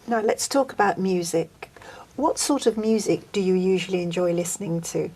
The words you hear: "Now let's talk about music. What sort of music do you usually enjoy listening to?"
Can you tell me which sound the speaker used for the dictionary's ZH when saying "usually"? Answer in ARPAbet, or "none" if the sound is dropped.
ZH